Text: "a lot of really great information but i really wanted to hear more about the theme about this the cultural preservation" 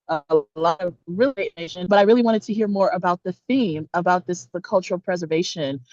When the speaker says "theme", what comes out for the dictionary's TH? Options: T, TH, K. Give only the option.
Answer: TH